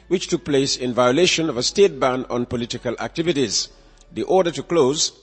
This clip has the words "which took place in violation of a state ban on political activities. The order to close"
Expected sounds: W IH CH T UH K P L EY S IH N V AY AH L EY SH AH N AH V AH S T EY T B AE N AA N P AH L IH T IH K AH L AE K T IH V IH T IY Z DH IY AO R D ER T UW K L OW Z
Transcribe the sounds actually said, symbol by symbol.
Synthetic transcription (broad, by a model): W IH CH T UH K P L EY S IH N V AY AH L EY SH AH N AH V AH S T EY T B AE N AA N P AH L IH T IH K AH L AE K T IH V IH T IY Z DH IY AO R D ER T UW K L OW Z